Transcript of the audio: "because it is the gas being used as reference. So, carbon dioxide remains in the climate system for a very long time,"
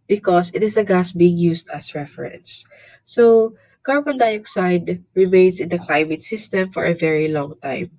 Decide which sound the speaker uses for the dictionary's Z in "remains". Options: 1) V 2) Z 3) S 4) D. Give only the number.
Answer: 3